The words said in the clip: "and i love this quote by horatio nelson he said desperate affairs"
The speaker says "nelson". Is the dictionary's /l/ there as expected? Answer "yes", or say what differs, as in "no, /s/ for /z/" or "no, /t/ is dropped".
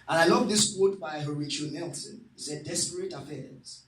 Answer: yes